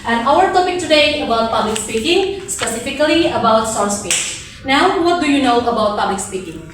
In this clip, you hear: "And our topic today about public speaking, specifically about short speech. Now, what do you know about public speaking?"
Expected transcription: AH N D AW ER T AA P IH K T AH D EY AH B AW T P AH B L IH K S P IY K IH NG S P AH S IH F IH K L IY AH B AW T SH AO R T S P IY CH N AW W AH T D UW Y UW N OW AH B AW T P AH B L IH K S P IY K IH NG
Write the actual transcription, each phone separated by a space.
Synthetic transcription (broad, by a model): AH N AW ER T AA P IH K T AH D EY AH B AW T P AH B L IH K S P IY K IH NG S P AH S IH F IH K L IY AH B AW T S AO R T S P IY N AW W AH T D UW Y UW N OW AH B AW T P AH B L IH K S P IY K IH NG